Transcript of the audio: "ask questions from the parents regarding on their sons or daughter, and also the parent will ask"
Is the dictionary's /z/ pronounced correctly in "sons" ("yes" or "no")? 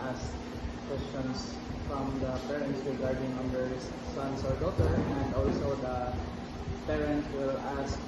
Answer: no